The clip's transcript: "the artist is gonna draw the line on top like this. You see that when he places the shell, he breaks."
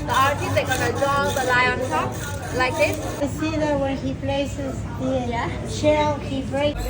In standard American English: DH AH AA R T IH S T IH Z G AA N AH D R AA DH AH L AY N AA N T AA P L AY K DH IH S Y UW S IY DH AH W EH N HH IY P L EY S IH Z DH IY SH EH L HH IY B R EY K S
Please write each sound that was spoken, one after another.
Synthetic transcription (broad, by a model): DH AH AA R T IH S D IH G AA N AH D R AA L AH L AY AA N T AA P L AY K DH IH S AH S IY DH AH W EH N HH IY P L EY S IH Z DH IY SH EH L HH IY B R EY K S